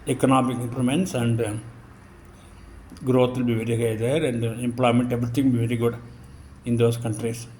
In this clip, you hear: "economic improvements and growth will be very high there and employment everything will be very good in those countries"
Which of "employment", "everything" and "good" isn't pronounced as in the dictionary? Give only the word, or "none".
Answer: everything